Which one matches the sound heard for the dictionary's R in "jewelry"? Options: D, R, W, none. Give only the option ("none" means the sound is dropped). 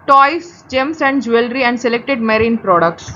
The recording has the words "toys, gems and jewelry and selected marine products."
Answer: R